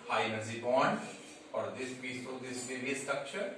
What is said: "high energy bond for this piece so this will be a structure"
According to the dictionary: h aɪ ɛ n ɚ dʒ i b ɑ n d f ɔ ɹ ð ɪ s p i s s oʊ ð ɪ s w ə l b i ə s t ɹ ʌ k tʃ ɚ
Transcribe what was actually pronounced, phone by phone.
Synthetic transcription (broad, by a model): h aɪ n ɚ z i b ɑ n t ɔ ɹ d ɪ s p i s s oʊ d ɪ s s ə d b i ə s t ɹ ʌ k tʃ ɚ